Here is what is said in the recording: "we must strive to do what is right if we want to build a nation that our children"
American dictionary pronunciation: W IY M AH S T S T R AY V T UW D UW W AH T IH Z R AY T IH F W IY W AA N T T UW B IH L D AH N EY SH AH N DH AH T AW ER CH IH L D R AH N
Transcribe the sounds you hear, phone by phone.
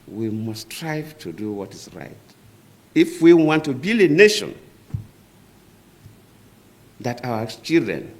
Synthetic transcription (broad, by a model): W IY M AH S S T R AY V T UW D UW W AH T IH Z R AY T IH F W IY W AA N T T UW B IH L AH N EY SH AH N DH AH T AW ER CH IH L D R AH N